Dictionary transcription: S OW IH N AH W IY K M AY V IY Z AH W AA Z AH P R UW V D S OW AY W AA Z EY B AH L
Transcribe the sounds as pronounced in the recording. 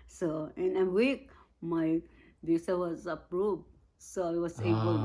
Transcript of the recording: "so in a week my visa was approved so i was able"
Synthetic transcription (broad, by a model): S OW IH N AH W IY K M AY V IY S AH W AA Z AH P R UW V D S OW AY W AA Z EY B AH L